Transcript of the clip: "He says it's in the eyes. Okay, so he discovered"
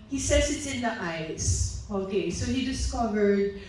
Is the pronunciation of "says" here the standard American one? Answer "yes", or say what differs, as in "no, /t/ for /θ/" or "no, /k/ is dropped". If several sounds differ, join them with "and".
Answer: no, /s/ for /z/